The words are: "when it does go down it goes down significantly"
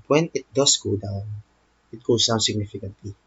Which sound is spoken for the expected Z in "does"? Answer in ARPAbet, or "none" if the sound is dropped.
S